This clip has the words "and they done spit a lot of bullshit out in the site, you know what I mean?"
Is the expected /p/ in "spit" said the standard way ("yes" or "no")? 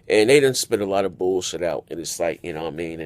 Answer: yes